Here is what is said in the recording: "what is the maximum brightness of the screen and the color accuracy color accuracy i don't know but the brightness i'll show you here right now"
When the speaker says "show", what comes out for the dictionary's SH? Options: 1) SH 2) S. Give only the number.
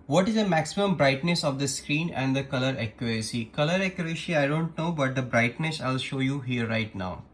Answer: 1